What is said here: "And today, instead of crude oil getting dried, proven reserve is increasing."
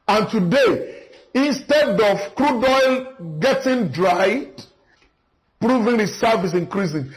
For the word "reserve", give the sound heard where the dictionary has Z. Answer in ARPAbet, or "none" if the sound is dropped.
S